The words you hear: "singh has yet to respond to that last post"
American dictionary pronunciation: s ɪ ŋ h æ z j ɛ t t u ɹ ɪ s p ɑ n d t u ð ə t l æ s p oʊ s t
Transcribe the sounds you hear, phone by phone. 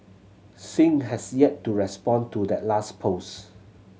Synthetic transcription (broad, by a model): s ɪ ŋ h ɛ s j ɛ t t u ɹ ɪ s p ɑ n t u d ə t l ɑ s p oʊ s